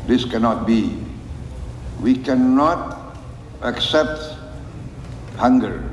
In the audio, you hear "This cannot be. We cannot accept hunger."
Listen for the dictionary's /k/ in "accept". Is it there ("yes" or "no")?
yes